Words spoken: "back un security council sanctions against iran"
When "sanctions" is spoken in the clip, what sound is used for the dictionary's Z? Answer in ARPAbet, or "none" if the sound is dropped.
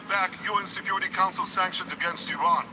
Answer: Z